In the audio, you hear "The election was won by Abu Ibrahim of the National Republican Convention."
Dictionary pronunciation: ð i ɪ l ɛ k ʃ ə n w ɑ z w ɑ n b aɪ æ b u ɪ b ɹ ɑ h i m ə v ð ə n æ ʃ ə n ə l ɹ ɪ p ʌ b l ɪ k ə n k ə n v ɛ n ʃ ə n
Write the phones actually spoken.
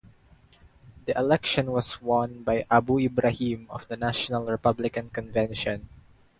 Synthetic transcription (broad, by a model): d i ɪ l ɛ k ʃ ə n w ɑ s w ɑ n b aɪ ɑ b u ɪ b ɹ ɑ h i m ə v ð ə n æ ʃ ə n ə l ɹ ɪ p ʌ b l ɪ k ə n k ə n v ɛ n ʃ ə n